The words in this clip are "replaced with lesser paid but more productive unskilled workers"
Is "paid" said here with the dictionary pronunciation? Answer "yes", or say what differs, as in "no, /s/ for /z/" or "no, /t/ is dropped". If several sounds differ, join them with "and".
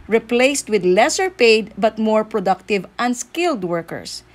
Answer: yes